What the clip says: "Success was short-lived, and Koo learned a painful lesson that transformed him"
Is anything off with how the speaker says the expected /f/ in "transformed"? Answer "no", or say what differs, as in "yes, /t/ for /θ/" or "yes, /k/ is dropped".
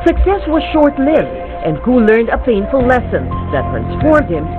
no